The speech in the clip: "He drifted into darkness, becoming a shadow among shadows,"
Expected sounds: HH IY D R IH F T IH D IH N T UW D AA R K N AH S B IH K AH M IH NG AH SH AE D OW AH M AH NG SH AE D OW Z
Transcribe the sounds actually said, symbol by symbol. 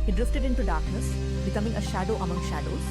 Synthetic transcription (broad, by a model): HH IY D R IH F T IH D IH N T UW D AA R K N AH S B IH K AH M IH NG AH SH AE D OW AH M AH NG SH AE D OW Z